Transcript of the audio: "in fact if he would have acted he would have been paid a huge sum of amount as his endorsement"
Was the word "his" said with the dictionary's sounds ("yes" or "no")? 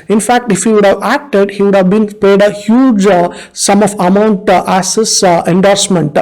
no